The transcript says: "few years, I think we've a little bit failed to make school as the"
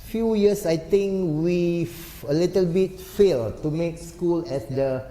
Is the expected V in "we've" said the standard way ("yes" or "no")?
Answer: no